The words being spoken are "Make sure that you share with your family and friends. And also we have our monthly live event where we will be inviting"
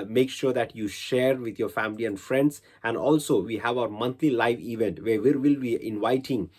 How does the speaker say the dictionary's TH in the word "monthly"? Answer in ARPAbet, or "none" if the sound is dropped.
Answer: T